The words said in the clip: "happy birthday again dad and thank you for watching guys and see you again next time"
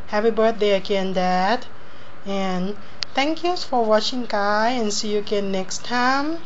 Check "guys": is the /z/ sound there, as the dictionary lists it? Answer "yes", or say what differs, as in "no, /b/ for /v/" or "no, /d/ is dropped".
no, /z/ is dropped